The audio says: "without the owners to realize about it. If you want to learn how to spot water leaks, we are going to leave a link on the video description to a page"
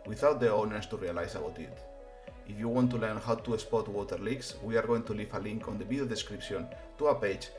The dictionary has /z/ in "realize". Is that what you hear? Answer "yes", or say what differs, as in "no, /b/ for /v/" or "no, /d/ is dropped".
no, /s/ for /z/